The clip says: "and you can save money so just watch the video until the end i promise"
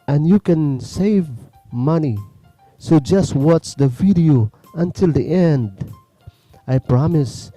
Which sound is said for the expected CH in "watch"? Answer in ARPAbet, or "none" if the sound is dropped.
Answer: S